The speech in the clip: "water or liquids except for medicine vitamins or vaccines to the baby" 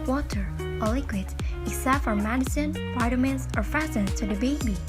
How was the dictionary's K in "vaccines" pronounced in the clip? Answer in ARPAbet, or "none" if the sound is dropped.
none